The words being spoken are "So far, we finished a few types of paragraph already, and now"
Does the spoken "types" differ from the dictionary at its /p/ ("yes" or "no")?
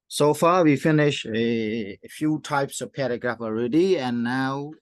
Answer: no